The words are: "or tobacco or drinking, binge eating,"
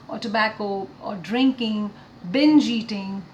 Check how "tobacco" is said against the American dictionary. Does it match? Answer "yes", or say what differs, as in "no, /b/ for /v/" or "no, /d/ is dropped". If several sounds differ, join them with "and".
yes